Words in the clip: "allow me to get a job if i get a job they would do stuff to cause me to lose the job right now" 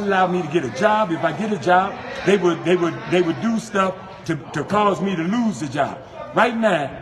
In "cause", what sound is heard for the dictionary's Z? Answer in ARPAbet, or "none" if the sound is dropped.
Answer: Z